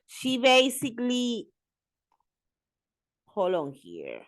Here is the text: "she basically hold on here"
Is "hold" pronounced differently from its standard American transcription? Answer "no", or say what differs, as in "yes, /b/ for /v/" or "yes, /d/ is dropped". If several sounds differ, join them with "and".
yes, /d/ is dropped